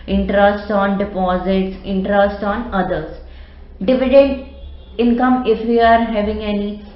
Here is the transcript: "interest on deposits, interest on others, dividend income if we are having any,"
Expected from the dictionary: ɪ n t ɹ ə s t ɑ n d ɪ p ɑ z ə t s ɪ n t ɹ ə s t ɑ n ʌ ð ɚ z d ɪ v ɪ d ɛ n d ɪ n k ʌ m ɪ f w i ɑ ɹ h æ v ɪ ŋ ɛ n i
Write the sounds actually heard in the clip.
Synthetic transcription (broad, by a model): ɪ n t ɹ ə s t ɑ n d ɪ p ɑ z ə t s ɪ n t ɹ ə s t ɑ n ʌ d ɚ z d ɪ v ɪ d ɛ n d ɪ n k ʌ m ɪ f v i ɑ ɹ h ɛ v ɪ ŋ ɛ n i